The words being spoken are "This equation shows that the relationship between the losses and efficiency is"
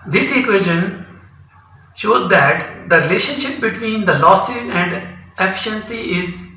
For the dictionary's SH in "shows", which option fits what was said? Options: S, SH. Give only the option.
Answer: SH